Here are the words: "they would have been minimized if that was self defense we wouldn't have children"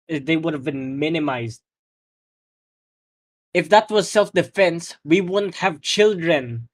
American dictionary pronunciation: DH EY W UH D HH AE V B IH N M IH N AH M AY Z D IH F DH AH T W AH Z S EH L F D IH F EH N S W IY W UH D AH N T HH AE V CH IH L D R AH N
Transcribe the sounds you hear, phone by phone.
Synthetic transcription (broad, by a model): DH EY W UH D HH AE V B IH N M IH N AH M AY Z D IH F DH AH T W AH Z S EH L F D IH F EH N S W IY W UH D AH N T HH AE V CH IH L D R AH N